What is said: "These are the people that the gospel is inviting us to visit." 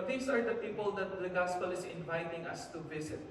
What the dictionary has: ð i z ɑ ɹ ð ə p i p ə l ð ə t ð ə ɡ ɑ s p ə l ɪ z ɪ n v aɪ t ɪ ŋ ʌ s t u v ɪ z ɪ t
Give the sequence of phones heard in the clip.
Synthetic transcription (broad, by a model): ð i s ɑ ɹ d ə p i p ə l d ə t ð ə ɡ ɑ s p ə l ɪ s ɪ n v aɪ t ɪ ŋ ʌ s t u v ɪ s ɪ t